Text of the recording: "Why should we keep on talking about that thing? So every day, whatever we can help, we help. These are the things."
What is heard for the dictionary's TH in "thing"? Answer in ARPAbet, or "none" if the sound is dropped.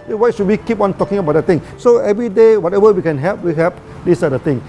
T